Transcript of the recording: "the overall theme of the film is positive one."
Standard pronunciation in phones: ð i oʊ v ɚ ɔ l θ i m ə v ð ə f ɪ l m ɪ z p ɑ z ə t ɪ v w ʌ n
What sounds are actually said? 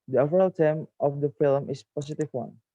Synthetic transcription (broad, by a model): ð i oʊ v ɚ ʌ l t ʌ m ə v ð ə f ɪ l m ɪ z p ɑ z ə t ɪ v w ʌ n